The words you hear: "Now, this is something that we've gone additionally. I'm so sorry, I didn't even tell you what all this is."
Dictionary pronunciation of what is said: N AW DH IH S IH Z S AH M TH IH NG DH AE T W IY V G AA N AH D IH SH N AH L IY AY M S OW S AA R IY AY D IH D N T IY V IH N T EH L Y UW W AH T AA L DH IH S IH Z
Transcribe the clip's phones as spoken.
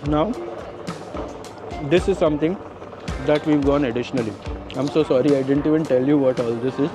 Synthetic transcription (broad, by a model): N AW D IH S IH Z S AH M T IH NG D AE T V IY V G AA N AH D IH SH N AH L IY AY M S OW S AA R IY AY D IH D N T IY V IH N T EH L Y UW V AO T AA L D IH S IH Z